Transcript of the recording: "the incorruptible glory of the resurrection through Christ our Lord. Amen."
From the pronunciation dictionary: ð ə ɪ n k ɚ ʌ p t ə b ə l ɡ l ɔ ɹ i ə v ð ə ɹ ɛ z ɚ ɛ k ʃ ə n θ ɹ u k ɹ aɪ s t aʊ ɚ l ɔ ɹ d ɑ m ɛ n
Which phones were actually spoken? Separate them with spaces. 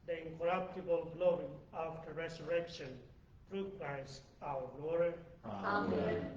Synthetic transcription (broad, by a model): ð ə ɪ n k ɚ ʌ p t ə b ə l ɡ l ɔ ɹ i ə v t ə ɹ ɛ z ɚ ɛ k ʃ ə n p ɹ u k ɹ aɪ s aʊ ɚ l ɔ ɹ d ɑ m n